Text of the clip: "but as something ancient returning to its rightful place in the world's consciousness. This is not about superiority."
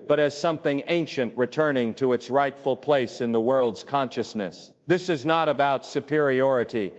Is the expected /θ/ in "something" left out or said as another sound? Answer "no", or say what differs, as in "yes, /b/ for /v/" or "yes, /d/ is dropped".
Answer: no